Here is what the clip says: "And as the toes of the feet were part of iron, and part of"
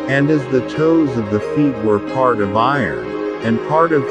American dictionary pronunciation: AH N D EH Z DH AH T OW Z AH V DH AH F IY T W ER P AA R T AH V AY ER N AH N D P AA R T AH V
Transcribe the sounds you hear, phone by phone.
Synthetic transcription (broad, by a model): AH N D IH Z DH AH T OW Z AH V DH AH F IY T W ER P AA R T AH V AY ER N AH N P AA R T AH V